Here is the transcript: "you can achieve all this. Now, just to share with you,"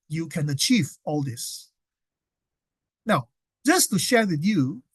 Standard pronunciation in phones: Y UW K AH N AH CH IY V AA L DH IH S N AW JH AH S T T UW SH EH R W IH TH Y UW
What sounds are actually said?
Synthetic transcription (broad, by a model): Y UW K AH N AH CH IY V AA L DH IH S N AW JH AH S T T UW SH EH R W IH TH Y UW